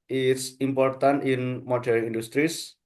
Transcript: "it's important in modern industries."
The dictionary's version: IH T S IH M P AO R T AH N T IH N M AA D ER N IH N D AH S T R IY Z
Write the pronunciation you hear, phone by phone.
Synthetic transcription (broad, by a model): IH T S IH M P AO R T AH N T IH N M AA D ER IH N D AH S T R IY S